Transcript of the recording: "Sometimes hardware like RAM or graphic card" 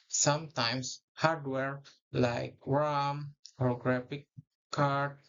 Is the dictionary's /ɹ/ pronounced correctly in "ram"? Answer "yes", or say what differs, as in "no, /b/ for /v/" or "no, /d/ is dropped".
no, /w/ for /ɹ/